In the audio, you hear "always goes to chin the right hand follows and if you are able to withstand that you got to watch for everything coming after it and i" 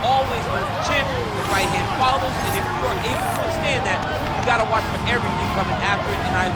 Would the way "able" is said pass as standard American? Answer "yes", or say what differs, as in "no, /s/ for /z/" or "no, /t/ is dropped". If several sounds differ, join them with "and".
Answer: no, /b/ is dropped